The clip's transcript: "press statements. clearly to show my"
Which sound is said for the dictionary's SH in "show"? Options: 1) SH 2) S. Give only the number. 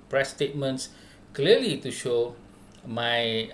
1